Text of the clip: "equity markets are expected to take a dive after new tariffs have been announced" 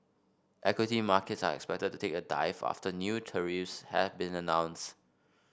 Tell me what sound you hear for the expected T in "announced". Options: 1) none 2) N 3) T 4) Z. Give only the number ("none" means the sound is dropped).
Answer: 3